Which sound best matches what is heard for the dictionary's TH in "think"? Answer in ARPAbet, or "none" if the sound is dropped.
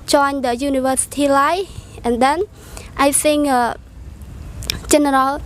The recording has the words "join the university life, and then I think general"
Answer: S